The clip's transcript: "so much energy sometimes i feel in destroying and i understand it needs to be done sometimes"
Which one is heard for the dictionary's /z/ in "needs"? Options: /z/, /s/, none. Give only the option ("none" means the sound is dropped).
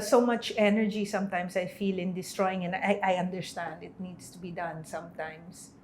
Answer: /s/